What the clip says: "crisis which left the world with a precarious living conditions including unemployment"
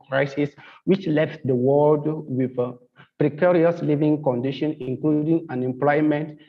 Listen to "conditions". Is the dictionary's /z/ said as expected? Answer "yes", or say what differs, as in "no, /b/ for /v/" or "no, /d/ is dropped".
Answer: no, /z/ is dropped